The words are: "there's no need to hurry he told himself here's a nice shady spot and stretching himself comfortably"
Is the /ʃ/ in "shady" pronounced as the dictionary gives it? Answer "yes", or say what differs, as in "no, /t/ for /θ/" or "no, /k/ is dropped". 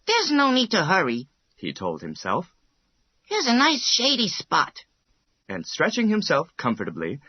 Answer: yes